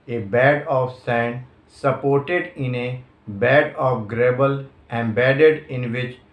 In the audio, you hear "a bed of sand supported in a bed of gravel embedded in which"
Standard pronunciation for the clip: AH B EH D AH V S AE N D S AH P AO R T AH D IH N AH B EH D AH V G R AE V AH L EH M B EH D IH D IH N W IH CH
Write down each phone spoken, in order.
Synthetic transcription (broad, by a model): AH B EH D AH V S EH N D S AH P AO R T AH D IH N AH B EH D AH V G R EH B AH L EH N B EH D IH D IH N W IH CH